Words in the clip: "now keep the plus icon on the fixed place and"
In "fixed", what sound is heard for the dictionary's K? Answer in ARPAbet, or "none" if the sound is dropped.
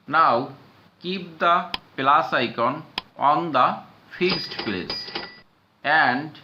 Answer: none